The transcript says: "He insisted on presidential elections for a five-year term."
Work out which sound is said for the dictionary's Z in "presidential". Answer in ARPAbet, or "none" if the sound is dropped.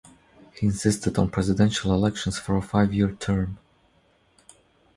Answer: Z